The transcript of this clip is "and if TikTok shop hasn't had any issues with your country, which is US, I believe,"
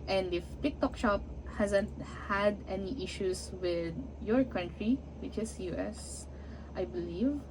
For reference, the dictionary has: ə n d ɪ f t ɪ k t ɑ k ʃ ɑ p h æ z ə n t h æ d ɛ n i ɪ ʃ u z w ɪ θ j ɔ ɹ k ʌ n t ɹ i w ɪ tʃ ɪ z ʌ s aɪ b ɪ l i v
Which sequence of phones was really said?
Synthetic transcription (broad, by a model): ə n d ɪ f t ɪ k t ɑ k ʃ ɑ p h æ z ə n t h æ d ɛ n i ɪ ʃ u s w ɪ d j ɔ ɹ k ʌ n t ɹ i w ɪ tʃ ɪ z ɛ s aɪ b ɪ l i v